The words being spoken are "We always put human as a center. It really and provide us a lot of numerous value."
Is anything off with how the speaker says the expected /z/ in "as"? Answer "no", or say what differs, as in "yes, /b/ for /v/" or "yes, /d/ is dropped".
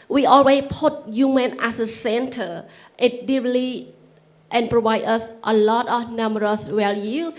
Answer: yes, /s/ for /z/